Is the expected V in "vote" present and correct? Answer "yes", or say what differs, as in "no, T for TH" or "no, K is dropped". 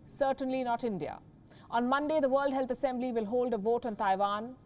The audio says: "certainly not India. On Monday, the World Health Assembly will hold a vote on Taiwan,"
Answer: yes